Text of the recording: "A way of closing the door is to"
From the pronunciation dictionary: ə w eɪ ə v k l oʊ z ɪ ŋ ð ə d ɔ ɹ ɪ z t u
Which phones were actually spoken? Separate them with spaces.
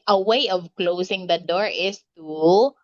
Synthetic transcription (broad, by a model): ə w eɪ ə v k l oʊ s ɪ ŋ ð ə d ɔ ɹ ɪ s t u